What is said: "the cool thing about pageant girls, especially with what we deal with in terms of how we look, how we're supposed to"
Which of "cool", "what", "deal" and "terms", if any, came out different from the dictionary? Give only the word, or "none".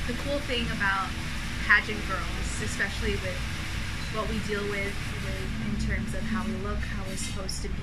none